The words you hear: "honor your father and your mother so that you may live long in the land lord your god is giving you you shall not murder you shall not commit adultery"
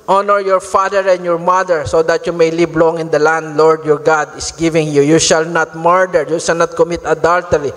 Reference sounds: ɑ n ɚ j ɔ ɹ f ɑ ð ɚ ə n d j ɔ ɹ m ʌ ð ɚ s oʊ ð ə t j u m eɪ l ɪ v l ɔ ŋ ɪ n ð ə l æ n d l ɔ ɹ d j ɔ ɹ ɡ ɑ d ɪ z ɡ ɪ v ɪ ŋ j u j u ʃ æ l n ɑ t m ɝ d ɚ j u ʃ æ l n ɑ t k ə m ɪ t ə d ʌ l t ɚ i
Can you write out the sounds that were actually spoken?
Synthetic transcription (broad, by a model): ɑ n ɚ j ɔ ɹ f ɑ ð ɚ ə n d j ɔ ɹ m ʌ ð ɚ s oʊ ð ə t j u m eɪ l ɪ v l ɔ ŋ ɪ n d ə l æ n d l ɔ ɹ d j ɔ ɹ ɡ ɑ d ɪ s ɡ ɪ v ɪ ŋ j u j u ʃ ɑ l n ɑ t m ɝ d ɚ j u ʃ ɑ l n ɑ t k ə m ɪ t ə d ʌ l t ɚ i